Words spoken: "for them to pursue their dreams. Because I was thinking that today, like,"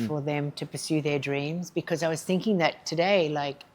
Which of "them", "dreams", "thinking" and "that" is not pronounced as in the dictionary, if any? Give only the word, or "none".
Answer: none